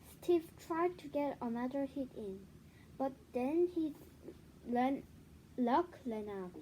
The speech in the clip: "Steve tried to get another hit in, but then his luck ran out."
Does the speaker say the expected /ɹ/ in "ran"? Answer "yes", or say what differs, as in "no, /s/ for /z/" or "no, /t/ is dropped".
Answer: no, /l/ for /ɹ/